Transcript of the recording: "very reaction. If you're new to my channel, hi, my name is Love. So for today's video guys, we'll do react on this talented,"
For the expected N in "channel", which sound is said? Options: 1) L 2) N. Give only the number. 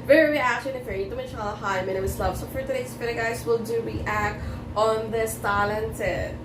1